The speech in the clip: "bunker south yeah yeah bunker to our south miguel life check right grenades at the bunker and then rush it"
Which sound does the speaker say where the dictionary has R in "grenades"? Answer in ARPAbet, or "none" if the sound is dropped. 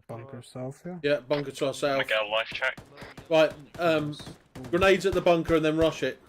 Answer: R